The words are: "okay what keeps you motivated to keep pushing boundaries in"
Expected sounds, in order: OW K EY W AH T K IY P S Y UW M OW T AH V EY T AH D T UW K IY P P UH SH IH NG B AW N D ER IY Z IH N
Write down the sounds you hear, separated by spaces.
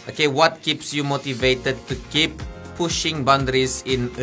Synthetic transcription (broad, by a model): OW K EY W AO T K IY P S Y UW M OW T AH V EY T AH D T UW K IY P P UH SH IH NG B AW N D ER IY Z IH N